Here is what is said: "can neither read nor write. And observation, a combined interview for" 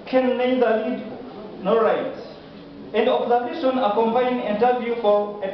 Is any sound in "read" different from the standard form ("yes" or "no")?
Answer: yes